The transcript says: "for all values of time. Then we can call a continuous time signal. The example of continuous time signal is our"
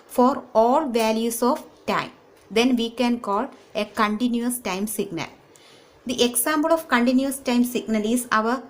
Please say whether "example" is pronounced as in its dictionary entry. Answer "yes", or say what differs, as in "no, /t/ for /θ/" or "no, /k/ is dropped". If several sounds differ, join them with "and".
no, /b/ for /p/